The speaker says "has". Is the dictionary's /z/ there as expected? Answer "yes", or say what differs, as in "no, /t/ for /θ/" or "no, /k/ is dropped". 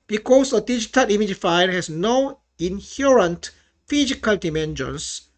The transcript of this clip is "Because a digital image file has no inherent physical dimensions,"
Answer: no, /s/ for /z/